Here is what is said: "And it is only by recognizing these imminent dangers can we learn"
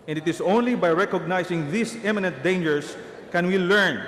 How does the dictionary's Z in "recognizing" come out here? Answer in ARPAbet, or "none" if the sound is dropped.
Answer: S